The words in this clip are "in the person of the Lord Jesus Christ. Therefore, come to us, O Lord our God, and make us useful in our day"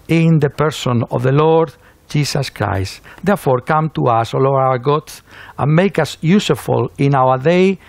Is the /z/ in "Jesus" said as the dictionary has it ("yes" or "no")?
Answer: no